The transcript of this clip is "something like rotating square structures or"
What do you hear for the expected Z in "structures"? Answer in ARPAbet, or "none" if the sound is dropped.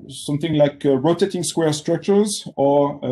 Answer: Z